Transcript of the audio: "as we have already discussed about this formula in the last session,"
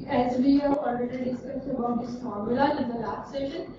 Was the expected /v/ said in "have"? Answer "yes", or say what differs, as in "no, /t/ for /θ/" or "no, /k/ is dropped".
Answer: no, /p/ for /v/